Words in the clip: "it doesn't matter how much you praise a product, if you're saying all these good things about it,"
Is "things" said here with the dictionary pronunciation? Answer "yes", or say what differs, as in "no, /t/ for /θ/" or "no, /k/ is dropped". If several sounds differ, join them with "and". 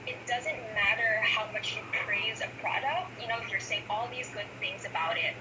yes